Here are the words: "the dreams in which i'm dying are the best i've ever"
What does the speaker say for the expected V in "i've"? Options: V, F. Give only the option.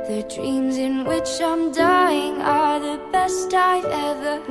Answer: F